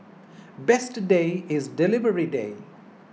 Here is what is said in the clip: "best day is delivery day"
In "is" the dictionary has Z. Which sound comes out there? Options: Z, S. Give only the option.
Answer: Z